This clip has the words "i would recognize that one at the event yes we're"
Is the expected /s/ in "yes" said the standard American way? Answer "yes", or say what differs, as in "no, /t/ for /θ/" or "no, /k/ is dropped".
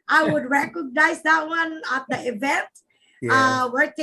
no, /s/ is dropped